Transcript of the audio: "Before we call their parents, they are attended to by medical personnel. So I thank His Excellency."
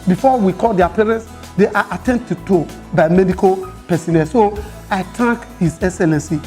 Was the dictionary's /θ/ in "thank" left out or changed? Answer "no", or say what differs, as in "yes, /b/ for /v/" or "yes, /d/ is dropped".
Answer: yes, /t/ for /θ/